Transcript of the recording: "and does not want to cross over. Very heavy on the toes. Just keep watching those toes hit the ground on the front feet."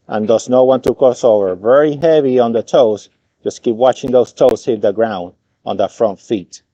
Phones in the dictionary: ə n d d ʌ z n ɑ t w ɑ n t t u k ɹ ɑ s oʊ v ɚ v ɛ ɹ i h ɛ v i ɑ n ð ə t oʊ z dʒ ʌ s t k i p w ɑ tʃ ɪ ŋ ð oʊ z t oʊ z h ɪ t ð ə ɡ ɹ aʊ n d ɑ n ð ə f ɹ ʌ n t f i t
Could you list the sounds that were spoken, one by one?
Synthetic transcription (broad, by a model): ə n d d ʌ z n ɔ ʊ w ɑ n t t u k ɑ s oʊ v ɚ v ɛ ɹ i h ɛ v i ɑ n ð ə t oʊ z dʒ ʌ s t k i p w ɑ tʃ ɪ ŋ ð oʊ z t oʊ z h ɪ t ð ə ɡ ɹ aʊ n d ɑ n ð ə f ɹ ʌ n t f i t